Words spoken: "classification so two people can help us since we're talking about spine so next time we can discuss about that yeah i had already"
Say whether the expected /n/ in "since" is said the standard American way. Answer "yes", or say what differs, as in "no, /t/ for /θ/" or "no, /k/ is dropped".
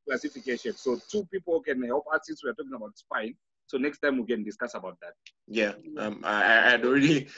no, /n/ is dropped